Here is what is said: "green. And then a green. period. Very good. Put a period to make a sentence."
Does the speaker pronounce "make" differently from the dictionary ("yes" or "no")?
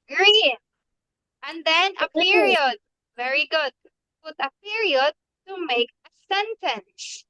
no